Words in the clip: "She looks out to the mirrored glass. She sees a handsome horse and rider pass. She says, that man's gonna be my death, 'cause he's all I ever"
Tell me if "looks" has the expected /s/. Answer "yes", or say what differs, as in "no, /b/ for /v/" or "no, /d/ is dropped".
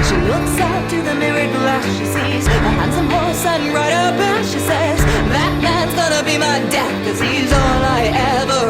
yes